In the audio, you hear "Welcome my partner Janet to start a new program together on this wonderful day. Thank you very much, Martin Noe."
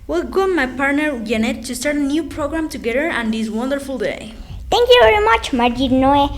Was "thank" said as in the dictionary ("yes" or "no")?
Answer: no